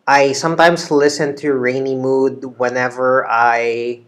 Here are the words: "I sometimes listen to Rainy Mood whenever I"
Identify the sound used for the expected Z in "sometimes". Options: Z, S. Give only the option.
S